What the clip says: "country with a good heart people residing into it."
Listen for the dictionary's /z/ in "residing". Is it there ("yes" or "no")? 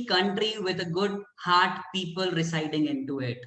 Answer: no